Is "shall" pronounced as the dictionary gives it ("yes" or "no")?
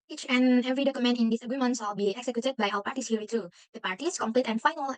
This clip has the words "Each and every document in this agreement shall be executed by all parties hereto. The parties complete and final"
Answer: no